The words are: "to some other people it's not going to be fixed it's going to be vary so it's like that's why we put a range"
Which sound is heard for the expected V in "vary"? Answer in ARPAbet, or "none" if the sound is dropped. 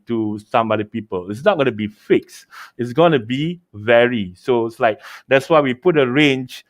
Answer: V